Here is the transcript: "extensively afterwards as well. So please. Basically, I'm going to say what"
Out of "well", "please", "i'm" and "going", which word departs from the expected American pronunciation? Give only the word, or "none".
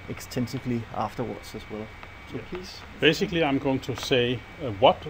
please